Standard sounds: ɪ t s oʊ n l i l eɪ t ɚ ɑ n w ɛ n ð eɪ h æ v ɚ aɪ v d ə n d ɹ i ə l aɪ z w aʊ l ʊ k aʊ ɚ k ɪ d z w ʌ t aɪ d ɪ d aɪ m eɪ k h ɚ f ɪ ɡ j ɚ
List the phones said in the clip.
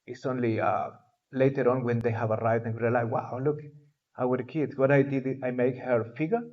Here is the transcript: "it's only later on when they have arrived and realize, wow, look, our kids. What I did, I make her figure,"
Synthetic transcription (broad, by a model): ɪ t s oʊ n l i l eɪ t ɚ ɑ n w ɛ n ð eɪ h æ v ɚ aɪ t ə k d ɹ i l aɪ w aʊ l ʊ k aʊ ɚ k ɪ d s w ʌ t aɪ d ɪ d aɪ m eɪ k h ɚ f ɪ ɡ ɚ